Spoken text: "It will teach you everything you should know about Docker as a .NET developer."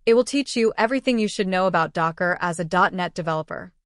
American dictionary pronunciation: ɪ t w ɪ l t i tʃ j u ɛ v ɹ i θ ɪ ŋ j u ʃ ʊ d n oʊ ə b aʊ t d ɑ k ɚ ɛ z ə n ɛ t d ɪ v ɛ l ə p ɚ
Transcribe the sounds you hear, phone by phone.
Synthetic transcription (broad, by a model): ɪ t w ɪ l t i tʃ j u ɛ v ɹ i θ ɪ ŋ j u ʃ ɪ d n oʊ ə b aʊ t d ɑ k ɚ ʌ z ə n ɛ t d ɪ v ɛ l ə p ɚ